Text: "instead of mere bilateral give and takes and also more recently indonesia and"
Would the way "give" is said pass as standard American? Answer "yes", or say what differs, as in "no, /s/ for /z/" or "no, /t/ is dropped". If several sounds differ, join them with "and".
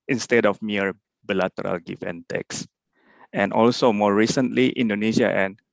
no, /f/ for /v/